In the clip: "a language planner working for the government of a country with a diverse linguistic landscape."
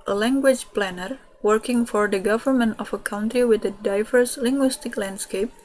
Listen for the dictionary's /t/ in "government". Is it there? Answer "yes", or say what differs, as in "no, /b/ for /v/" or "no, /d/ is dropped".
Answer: yes